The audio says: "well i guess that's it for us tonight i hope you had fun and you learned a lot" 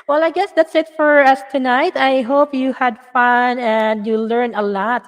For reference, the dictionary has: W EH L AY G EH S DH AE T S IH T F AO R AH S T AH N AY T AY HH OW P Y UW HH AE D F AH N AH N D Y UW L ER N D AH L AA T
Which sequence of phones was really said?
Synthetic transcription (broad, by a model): W EH L AY G EH S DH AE T S IH T F AO R AH S T AH N AY T AY HH OW P Y UW HH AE D F AH N AH N D Y UW L ER N AH L AA T